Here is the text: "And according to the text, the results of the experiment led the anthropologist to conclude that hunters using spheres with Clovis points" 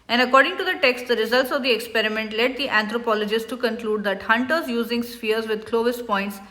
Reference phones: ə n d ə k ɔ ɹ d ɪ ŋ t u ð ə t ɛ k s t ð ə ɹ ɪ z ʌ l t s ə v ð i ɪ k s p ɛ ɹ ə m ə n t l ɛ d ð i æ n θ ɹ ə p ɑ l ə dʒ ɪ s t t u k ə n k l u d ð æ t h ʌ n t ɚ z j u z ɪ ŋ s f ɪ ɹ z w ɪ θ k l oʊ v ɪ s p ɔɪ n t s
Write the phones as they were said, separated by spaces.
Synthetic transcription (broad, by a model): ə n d ə k ɔ ɹ d ɪ ŋ t u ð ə t ɛ k s t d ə ɹ ɪ z ʌ l t s ə v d i ɪ k s p ɛ ɹ ə m ə n t l ɛ d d i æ n t ɹ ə p ɑ l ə dʒ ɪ s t t u k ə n k l u d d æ t h ʌ n t ɚ z j u z ɪ ŋ s f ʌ ɹ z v ɪ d k l oʊ v ɪ s p ɔɪ n t s